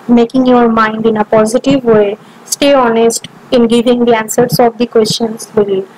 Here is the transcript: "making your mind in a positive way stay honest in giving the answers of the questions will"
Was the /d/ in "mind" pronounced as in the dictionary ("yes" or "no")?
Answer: yes